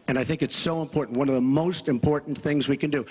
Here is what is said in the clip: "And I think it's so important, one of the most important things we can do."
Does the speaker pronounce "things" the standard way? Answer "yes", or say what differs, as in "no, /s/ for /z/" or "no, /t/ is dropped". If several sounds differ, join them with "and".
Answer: yes